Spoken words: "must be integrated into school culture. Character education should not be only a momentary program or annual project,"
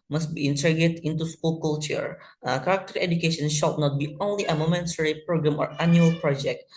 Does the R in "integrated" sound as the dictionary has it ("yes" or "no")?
no